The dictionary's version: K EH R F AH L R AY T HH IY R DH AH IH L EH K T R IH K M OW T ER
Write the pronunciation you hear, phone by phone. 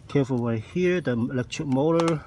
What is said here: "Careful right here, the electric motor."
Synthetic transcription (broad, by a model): K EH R F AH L W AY HH IY R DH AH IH L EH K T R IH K M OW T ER